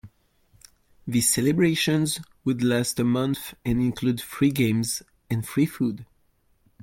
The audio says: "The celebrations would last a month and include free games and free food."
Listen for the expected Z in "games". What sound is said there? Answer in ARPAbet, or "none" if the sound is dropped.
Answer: Z